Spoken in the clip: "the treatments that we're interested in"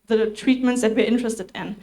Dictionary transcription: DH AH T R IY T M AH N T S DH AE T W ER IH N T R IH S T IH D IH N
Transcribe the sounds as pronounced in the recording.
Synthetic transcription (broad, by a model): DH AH T R IY T M AH N T S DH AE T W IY IH N T R IH S T IH D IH N